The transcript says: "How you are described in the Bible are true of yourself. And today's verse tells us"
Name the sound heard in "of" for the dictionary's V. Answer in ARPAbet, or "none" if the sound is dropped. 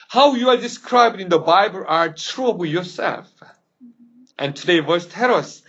B